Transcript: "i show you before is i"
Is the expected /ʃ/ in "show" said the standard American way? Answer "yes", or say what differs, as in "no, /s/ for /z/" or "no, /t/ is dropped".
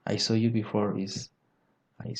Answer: no, /s/ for /ʃ/